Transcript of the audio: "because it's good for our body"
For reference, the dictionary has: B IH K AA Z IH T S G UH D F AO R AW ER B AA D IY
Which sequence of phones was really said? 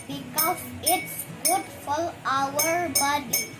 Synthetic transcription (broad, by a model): B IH K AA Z IH T S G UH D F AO L AW ER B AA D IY